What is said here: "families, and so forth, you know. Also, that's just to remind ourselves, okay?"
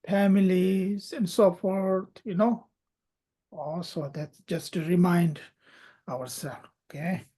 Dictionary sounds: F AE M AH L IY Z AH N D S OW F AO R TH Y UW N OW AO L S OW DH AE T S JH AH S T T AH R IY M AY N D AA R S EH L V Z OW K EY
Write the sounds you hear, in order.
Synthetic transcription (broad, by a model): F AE M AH L IY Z AH N D S OW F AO R T Y UW N OW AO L S OW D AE T S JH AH S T T R IY M AY N D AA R S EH L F OW K EY